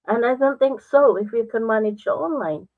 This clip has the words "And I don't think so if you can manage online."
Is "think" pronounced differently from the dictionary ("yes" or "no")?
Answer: no